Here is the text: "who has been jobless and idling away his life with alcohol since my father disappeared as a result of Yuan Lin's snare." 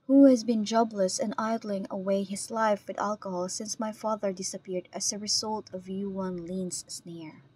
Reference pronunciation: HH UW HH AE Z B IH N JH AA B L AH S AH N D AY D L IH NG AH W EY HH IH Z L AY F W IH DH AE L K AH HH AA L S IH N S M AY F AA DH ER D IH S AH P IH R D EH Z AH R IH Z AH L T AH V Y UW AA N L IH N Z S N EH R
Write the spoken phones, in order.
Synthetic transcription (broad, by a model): HH UW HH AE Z B IH N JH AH B L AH S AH N AY D L IH NG AH W EY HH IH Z L AY F W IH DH AE L K AH HH AA L S IH N S M AY F AA DH ER D IH S AH P IH R D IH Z AH R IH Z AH L T AH V Y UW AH N L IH N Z S N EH R